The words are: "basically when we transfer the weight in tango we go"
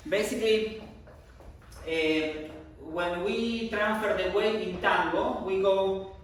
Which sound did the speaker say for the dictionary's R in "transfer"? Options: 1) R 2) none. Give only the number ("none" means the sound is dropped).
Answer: 1